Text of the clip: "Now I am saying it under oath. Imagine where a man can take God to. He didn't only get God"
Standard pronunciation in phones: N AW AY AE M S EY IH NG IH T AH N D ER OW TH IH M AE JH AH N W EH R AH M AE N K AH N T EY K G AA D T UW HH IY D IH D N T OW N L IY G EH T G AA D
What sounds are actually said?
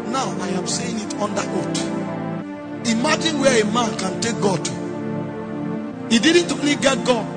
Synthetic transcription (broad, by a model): N AW AY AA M S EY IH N IH T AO N D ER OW T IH M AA JH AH N W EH AH M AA N K AH N T EY K G AA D T UW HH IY D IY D N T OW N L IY G EH T G AA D